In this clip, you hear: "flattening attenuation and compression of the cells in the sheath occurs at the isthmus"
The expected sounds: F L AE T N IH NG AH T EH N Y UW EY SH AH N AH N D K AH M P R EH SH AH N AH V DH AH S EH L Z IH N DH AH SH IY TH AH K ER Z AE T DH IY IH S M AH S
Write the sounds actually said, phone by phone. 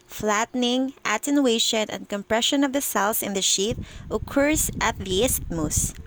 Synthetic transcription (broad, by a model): F L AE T N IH NG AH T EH N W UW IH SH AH N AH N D K AH M P R EH SH AH N AH V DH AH S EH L S IH N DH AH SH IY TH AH K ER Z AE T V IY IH S M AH S